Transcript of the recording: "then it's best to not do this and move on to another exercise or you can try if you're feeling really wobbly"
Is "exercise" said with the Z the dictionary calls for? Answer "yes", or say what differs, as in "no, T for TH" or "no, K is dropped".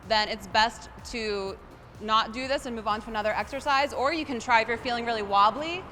yes